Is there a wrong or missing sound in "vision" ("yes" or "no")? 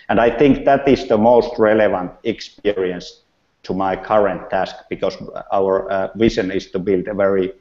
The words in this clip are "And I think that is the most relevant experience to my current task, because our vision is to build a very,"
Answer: yes